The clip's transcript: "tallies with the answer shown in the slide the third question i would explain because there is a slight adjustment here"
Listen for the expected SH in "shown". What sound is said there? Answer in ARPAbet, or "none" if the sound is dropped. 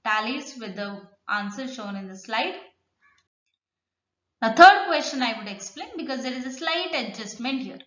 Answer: SH